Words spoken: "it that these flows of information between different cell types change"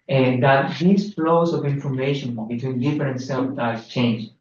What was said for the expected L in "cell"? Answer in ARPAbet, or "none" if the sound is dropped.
N